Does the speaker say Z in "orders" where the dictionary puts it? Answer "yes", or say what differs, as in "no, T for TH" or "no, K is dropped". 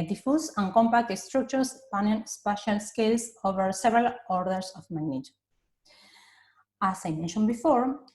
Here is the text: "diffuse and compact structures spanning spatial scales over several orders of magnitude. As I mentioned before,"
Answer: no, S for Z